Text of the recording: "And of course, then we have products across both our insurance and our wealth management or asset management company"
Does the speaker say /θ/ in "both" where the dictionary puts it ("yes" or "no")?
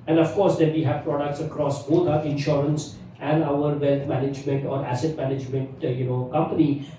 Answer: no